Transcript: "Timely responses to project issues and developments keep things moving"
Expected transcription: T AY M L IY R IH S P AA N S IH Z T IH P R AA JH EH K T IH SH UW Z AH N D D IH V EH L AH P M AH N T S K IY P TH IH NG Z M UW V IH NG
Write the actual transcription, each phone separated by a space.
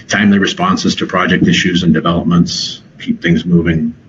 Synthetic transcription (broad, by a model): T AY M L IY R IH S P AA N S IH Z T IH P R AA JH EH K T IH SH UW Z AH N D D IH V EH L AH P M AH N T S K IY P TH IH NG Z M UW V IH NG